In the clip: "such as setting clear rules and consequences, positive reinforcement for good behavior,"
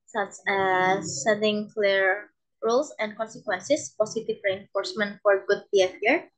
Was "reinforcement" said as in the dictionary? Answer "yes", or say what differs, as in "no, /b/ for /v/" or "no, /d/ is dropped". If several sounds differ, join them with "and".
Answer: yes